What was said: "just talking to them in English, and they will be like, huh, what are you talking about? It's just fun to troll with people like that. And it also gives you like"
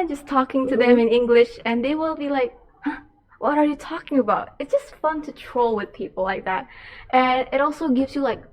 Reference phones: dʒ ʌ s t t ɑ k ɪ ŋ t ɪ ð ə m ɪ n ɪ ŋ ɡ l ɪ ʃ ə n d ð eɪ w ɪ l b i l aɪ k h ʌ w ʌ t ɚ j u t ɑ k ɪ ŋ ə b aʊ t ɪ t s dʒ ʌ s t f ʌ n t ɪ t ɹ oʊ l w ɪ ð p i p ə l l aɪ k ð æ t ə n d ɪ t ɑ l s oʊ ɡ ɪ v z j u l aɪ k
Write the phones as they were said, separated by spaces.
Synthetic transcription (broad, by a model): dʒ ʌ s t t ɑ k ɪ ŋ t ɪ ð ə m ɪ n ɪ ŋ ɡ l ɪ ʃ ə n ð eɪ w ɪ l b i l aɪ k h ʌ w ʌ t ɚ j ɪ t ɑ k ɪ ŋ ə b aʊ t ɪ t s dʒ ʌ s t f ʌ n t ɪ t ɹ oʊ l w ɪ ð p i p l l aɪ k ð æ t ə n ɪ t ɑ l s oʊ ɡ ɪ v z j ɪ l aɪ k